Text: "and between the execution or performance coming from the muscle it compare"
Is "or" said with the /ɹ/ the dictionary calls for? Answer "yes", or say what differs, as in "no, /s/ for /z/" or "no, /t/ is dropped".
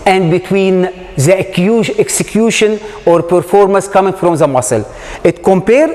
yes